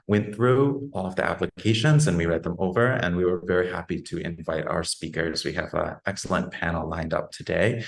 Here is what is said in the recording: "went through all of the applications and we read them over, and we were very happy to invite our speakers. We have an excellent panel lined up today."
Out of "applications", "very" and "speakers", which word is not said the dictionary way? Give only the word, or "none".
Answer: none